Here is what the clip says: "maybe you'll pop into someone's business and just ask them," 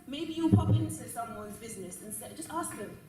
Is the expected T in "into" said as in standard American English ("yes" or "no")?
no